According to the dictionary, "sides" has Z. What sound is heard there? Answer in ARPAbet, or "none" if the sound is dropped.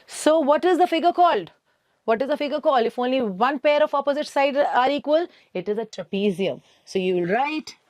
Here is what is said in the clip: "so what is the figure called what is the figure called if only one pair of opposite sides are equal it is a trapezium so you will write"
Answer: none